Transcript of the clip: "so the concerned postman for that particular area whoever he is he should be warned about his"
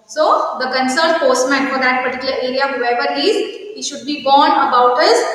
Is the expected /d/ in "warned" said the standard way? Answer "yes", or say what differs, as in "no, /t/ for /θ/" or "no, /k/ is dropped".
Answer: no, /d/ is dropped